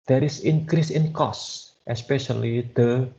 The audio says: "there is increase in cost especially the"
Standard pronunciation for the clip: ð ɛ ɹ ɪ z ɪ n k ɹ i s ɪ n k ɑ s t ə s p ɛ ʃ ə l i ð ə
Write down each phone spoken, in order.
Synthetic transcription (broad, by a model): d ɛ ɹ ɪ s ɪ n k ɹ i s ɪ n k ɑ s t ə s p ɛ ʃ ə l i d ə